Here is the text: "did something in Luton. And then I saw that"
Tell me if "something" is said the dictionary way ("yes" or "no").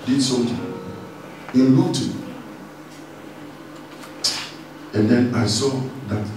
no